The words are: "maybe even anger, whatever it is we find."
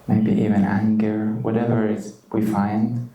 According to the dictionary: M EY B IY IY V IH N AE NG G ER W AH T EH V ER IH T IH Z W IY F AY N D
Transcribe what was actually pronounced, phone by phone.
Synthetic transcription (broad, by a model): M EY B IY IY V IH N AE NG G ER W AH T EH V ER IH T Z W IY F AY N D